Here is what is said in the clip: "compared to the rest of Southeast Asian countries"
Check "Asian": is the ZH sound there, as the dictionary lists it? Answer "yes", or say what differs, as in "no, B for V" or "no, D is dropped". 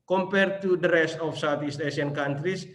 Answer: no, S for ZH